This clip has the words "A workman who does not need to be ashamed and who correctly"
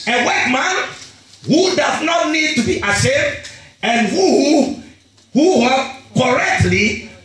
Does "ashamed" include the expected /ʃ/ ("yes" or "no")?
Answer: no